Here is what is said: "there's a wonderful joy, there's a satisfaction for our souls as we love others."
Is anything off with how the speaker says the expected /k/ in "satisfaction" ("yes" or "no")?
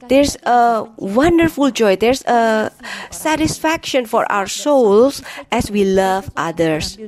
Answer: no